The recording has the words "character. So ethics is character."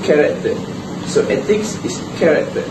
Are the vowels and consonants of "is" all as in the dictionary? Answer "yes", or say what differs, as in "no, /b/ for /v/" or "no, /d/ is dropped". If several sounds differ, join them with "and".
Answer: no, /s/ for /z/